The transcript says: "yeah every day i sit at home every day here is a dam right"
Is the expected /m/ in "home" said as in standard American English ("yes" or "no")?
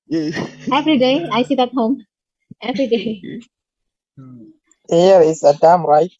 yes